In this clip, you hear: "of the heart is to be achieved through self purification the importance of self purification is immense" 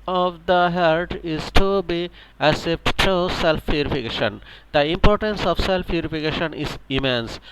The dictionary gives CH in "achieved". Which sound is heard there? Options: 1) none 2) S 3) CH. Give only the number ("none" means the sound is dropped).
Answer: 2